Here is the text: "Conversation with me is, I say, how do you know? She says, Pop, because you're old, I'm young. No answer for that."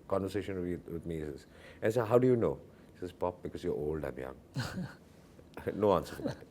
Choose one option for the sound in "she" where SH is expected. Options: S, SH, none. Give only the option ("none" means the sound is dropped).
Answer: S